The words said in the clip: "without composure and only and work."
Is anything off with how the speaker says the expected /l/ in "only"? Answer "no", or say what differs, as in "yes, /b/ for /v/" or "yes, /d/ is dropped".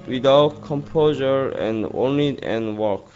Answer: yes, /l/ is dropped